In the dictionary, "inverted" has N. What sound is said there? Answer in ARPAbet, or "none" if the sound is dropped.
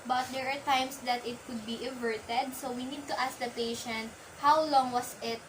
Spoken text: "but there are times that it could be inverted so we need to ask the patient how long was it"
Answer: none